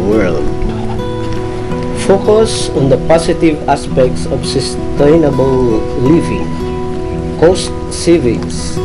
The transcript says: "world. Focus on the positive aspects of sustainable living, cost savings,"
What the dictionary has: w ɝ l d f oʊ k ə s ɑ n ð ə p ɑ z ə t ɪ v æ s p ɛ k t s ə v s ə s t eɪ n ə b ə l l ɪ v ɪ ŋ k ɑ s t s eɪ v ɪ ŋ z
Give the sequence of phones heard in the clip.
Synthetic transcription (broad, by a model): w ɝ l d f oʊ k ə s ɑ n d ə p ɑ s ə t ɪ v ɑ s p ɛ k t s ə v s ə s t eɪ n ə b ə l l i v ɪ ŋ k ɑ s t s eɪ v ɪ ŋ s